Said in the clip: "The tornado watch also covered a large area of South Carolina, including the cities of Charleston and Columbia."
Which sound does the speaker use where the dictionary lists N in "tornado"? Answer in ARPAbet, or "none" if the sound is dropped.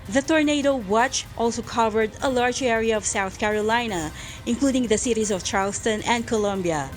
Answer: N